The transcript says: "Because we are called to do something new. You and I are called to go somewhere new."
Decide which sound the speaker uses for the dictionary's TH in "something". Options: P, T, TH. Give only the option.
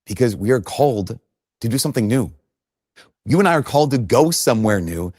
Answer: TH